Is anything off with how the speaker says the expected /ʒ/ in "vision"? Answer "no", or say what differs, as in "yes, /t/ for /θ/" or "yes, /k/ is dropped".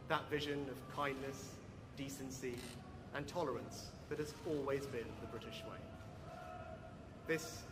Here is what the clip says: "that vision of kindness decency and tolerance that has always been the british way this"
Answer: no